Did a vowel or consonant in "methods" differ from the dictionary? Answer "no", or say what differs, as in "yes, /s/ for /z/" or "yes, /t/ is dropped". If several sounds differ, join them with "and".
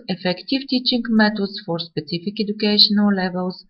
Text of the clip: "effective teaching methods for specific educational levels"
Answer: yes, /t/ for /θ/